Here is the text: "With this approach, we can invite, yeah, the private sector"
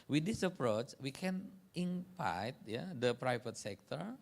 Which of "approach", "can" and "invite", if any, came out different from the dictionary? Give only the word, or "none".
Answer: invite